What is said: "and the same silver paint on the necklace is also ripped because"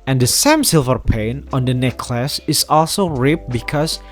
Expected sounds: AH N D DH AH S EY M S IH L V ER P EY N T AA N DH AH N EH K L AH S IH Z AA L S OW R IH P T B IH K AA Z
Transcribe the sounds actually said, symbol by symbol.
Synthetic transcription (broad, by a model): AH N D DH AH S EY M S IH L V ER P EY N AA N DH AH N EH K L AH S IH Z AA L S OW R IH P B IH K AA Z